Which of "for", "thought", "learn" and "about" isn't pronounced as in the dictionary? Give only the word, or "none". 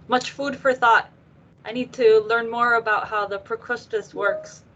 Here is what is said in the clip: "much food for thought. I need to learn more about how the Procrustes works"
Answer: none